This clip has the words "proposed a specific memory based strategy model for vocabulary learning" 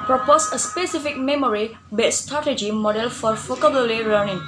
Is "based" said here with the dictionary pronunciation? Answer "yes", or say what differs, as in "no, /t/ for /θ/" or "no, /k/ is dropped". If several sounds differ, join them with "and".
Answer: no, /s/ is dropped